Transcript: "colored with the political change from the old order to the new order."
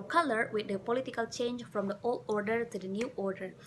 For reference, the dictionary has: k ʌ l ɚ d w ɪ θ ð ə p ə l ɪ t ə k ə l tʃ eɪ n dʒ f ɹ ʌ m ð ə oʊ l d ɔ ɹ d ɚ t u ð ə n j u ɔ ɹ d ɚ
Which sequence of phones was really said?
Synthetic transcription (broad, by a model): k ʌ l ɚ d w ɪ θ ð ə p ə l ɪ t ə k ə l tʃ eɪ n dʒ f ɹ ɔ m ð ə oʊ l d ɔ ɹ d ɚ t u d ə n j u ɔ ɹ d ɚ